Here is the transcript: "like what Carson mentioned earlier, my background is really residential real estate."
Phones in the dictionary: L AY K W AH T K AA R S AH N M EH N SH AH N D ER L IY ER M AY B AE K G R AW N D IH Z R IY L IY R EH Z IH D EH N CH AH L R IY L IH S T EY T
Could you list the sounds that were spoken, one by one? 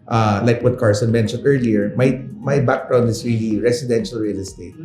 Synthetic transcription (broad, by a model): L AY K W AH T K AA R S AH N M EH N SH AH N D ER L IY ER M AY B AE K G R AW N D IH S R IY L IY R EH S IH D EH N SH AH L R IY L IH S T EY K